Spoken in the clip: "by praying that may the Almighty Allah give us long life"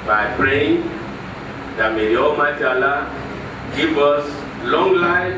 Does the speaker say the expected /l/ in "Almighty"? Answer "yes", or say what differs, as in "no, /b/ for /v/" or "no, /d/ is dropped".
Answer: no, /l/ is dropped